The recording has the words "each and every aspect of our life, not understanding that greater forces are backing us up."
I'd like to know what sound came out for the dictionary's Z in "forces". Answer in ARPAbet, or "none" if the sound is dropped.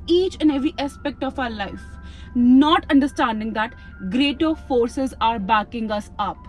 Z